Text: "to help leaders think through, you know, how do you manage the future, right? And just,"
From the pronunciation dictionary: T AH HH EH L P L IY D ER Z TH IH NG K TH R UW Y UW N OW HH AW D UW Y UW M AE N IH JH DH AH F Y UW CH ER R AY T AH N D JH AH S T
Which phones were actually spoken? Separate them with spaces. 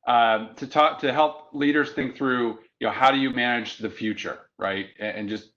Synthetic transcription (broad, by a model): T AH HH EH L P L IY D ER Z TH IH NG K TH R UW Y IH N OW HH AW D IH Y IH M AE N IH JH DH AH F Y UW CH ER R AY T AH N JH AH S T